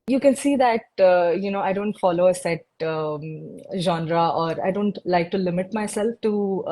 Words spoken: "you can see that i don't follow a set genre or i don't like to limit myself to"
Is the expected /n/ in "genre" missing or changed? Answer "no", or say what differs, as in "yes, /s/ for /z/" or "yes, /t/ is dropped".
no